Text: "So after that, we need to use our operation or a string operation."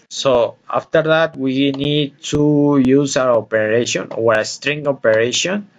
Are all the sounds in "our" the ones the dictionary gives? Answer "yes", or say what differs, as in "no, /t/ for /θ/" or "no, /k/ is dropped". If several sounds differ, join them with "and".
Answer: no, /w/ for /ɹ/